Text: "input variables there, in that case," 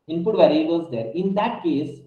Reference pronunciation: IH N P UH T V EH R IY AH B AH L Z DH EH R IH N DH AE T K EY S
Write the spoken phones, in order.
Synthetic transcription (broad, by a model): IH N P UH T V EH R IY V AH Z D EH R IH N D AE T K EY S